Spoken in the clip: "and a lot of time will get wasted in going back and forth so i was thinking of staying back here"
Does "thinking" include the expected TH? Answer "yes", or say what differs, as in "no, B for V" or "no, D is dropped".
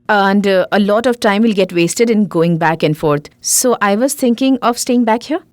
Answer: no, T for TH